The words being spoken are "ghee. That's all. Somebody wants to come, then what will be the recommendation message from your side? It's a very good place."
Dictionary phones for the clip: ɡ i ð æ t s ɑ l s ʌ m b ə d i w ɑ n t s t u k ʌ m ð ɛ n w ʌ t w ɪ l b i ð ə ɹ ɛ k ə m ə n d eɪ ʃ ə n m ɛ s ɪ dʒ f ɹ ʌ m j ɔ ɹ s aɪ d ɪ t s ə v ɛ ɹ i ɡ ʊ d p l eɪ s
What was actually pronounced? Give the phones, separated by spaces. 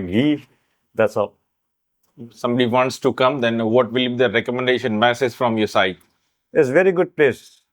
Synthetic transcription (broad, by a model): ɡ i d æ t s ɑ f s ʌ m b ə d i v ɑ n t s t u k ʌ m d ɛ n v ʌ t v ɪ l b i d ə ɹ ɛ k ə m ə n d eɪ ʃ ə n m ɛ s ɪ z f ɹ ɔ m j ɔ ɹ s aɪ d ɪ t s v ɛ ɹ i ɡ ʊ d p l eɪ s